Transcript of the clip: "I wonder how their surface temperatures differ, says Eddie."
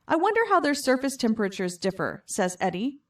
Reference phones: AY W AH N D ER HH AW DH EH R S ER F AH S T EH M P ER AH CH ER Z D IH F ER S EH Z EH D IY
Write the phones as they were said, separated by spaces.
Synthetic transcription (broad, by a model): AY W AH N D ER HH AW DH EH R S ER F AH S T EH M P ER AH CH ER Z D IH F ER S EH Z EH D IY